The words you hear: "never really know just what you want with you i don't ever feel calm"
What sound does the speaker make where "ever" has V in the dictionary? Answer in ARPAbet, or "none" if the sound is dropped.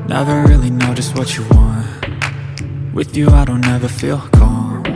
V